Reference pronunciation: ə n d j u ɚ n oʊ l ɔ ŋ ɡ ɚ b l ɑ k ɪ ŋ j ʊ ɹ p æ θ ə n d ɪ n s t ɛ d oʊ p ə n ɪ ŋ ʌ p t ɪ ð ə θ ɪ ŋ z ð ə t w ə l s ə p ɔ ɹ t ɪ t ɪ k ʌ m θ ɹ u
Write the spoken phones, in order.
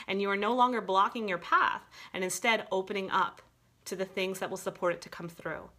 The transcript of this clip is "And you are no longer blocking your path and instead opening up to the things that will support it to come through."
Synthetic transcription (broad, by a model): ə n j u ɚ n oʊ l ɔ ŋ ɡ ɚ b l ɑ k ɪ ŋ j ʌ ɹ p æ θ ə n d ɪ n s t ɛ d oʊ p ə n ɪ ŋ ʌ p t ɪ ð ə θ ɪ ŋ z ð ə t w ə l s ə p ɔ ɹ t ɪ t ɪ k ʌ m θ ɹ u